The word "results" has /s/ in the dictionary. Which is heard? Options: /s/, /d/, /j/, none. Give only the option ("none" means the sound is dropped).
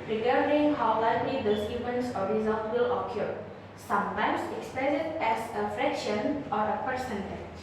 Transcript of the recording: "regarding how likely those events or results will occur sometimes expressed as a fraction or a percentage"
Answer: none